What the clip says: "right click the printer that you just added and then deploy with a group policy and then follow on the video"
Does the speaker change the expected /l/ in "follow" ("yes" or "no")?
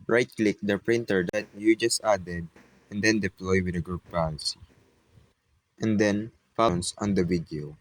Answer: yes